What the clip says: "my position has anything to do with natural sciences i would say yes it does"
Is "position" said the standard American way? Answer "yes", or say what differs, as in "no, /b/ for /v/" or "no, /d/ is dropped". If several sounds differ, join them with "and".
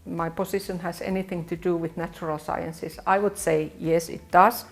no, /s/ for /z/